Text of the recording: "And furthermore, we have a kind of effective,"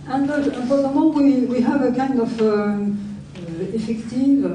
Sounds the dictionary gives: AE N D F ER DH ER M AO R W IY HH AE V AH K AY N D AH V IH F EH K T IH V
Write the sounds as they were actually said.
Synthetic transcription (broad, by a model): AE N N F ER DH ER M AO W W IY HH AE V AH K AY N D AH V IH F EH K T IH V